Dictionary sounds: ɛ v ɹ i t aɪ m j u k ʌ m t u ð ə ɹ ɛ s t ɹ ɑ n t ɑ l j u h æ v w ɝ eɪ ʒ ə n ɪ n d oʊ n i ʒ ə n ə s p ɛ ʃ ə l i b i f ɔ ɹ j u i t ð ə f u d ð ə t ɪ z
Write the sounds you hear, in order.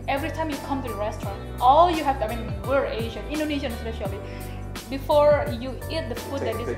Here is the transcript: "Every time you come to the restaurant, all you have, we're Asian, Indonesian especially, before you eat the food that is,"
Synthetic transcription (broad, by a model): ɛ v ɹ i t aɪ m j u k ʌ m t u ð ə ɹ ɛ s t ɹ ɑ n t ɑ l j u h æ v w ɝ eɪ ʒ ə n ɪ n d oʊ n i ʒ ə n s ɛ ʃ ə l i b i f ɔ ɹ j u i t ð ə f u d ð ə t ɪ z